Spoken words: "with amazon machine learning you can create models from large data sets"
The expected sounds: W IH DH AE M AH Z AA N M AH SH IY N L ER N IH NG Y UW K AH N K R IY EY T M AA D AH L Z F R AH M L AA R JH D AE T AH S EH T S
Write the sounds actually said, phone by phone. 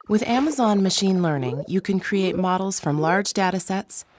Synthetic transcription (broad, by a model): W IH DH AE M AH Z AA N M AH SH IY N L ER N IH NG Y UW K AH N K R IY EY T M AA D L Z F R AH M L AA R JH D AE T AH S EH T S